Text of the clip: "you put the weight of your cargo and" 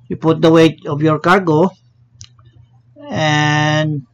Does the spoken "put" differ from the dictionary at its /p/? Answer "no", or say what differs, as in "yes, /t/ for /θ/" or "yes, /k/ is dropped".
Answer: no